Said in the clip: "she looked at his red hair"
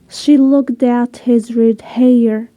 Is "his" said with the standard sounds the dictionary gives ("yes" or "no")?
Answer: yes